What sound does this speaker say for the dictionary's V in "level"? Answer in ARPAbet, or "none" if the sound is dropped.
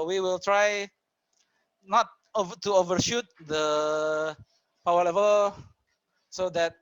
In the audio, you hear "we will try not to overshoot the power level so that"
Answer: V